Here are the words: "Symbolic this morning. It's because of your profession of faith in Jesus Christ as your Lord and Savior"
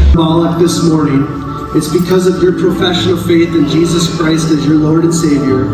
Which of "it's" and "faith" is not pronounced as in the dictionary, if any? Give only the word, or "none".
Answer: none